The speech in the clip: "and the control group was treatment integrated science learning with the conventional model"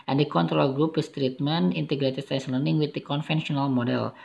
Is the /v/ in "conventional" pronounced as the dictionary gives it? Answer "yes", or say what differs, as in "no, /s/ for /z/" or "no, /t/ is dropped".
no, /f/ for /v/